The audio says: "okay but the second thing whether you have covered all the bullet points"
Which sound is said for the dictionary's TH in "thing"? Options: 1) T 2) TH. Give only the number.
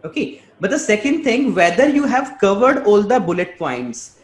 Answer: 1